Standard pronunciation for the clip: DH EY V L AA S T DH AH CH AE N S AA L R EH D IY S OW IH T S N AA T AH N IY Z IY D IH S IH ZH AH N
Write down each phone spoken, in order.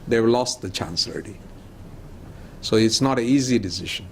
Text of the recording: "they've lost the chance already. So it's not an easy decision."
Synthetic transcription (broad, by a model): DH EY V L AA S T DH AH CH AE N S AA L AH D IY S OW IH T S N AA T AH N IY Z IY D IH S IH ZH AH N